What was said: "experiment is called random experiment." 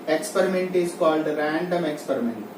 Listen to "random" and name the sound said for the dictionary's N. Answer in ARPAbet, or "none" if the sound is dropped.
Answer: N